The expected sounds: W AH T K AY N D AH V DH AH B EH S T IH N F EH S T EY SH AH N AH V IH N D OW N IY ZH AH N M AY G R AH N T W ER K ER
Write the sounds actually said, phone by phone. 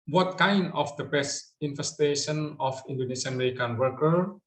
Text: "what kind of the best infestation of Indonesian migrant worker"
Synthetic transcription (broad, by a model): W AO T K AY N D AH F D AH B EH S IH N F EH S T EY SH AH N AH F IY N D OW N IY S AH N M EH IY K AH N W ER K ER